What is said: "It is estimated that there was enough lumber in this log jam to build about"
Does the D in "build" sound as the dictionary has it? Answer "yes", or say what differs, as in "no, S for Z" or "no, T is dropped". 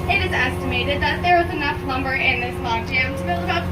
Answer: no, D is dropped